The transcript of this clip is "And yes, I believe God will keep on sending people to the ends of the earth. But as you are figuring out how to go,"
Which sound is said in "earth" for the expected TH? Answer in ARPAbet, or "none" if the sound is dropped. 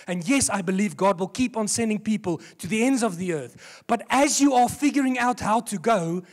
TH